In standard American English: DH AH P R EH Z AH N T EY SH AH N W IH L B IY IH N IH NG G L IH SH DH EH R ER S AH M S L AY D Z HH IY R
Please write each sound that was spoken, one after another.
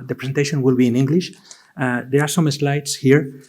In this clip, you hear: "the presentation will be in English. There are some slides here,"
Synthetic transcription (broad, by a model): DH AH P R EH S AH N T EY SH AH N W IH L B IY IH N IH NG G L IH SH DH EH R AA S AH M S L AY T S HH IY R